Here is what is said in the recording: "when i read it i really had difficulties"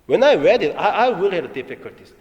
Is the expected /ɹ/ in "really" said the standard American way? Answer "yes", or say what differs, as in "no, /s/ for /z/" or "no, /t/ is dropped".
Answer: no, /w/ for /ɹ/